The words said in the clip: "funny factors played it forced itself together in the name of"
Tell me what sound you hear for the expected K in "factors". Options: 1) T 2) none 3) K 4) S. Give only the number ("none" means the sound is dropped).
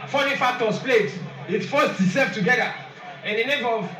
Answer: 2